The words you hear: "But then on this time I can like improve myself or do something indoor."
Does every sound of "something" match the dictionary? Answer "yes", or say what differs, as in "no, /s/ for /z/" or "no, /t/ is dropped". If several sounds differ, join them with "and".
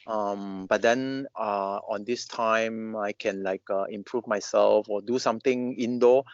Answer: no, /t/ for /θ/